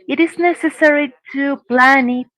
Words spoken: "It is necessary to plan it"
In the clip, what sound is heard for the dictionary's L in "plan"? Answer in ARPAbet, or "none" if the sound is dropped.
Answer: L